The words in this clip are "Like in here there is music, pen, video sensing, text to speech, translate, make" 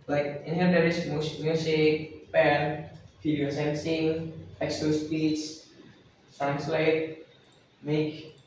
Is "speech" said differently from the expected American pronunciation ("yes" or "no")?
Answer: yes